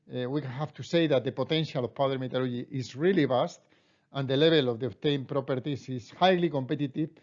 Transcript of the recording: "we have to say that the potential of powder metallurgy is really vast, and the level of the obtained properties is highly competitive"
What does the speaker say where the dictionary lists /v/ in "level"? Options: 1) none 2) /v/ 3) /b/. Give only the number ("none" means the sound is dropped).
3